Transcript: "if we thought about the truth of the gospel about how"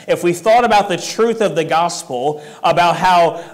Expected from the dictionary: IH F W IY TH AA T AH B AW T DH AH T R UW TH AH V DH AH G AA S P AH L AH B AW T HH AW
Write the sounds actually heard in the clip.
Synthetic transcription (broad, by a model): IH F W IY TH AA T AH B AW T DH AH T R UW TH AH V DH AH G AA S P L AH B AW T HH AW